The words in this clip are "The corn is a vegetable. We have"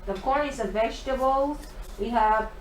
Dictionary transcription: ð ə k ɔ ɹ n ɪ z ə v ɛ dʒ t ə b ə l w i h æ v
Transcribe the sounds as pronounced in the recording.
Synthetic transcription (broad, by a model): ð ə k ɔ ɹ ɪ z ə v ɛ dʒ t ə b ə l w i h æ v